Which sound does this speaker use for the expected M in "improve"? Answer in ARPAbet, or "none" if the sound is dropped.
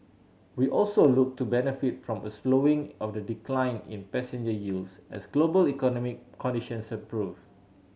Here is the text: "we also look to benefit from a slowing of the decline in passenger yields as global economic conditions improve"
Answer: none